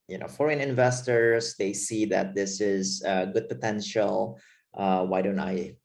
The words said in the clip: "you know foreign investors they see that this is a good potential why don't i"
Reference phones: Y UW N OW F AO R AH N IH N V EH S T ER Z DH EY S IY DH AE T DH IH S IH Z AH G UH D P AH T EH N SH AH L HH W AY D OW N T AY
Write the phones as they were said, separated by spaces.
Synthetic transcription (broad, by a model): Y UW N OW F AO R AH N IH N V EH S T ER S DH EY S IY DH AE T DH IH S IH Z AH G UH D P AH T EH N SH AH L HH W AY D OW N T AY